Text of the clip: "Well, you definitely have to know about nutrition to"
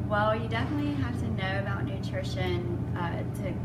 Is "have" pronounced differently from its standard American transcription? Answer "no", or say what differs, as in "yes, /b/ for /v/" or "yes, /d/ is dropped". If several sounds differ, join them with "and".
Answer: yes, /f/ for /v/